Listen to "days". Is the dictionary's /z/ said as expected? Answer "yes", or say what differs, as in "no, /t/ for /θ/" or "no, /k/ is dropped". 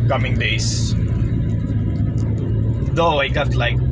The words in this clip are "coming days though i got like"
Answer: no, /s/ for /z/